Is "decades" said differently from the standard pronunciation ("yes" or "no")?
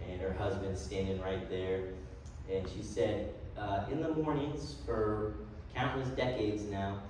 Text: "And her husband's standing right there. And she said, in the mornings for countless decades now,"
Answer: no